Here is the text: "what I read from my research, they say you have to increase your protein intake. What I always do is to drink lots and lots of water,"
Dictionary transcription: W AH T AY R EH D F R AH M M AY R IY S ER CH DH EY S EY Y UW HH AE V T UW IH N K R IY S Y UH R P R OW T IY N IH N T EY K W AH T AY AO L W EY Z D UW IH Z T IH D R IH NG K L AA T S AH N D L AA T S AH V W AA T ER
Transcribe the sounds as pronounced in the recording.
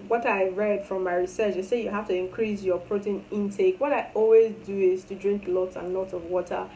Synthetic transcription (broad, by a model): W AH T AY R EH D F R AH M M AY R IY S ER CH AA S EY Y UW HH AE F T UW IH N K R IY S Y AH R P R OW T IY N IH N T EY K W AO T AY AO L W EY Z D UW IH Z T IH D R IH NG K L AA T S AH N L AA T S AH V W AA T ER